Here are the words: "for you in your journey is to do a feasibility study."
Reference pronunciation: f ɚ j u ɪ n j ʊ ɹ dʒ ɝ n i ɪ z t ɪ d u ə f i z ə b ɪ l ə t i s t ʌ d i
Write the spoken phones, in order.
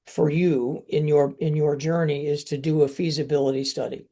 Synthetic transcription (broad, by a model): f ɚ j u ɪ n j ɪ ɹ dʒ ɝ n i ɪ z t ɪ d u ə f i z ə b ɪ l ə t i s t ʌ d i